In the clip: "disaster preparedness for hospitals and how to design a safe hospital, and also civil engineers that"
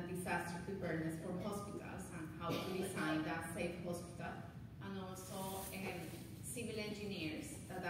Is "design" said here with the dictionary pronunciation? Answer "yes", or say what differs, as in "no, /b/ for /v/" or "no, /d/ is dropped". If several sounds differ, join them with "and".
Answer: no, /s/ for /z/